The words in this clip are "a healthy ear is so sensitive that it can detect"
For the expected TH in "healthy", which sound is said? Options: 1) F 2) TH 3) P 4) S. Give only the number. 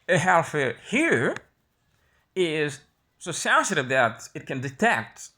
1